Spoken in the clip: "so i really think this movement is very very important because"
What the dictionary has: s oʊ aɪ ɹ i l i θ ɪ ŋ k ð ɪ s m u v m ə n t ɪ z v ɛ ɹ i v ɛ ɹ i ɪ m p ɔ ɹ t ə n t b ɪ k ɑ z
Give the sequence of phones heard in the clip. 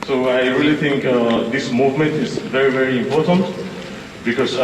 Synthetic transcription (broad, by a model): s oʊ aɪ ɹ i l i t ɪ ŋ k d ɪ s m u v m ə n t ɪ z v ɛ ɹ i v ɛ ɹ i ɪ m p ɔ ɹ t ə n t b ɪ k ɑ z